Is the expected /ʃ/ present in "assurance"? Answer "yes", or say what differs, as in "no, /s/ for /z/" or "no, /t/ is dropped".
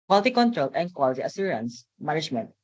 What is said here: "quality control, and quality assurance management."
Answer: no, /s/ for /ʃ/